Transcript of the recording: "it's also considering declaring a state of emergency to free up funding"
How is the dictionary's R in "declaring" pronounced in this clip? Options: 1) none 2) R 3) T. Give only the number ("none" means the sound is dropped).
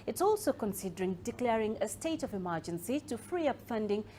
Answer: 2